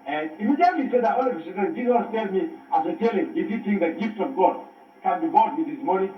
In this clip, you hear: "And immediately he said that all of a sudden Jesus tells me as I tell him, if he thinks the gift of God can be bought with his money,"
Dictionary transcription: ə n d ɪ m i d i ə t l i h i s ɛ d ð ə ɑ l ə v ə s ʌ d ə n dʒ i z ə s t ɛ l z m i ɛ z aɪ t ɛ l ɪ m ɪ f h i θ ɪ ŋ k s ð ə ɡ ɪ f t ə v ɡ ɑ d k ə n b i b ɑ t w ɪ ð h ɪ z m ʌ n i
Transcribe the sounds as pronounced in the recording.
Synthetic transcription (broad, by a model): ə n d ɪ m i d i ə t l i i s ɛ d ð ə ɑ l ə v ə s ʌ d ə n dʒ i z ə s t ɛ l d m i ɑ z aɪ t ɛ l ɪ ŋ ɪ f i t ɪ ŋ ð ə ɡ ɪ f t ə v ɡ ɑ d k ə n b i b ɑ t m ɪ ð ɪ s m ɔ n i